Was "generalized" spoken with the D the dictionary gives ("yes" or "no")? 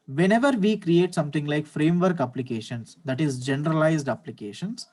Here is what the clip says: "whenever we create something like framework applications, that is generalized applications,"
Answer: yes